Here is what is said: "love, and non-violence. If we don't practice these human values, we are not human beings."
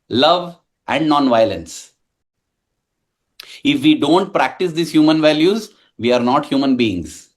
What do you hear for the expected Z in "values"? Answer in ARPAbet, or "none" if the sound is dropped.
Z